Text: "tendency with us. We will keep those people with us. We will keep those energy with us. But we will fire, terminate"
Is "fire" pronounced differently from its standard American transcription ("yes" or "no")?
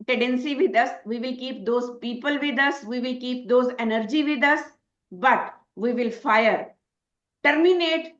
no